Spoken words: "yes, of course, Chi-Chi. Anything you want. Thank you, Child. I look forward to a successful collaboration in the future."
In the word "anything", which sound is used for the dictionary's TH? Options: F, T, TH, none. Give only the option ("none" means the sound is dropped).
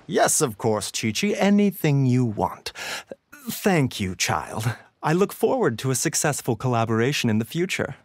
TH